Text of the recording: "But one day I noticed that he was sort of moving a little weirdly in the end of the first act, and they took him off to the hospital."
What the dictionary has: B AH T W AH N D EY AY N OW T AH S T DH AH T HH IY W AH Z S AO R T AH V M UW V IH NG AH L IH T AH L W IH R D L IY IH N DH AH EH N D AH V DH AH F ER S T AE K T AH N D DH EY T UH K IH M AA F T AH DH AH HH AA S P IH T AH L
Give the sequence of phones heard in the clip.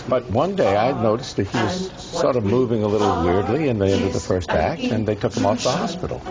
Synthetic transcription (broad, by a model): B AH T W AH N D EY AY N OW T AH S T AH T HH IY W AH Z S AO R T AH V M UW V IH NG AH L IH T L W IH R D L IY IH N DH AH EH N D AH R DH AH F ER S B AE K AH N DH EY T UH K IH M AA F DH AH HH AA S P IH T L